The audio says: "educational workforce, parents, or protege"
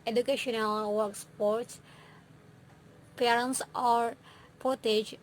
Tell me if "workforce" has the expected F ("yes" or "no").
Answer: no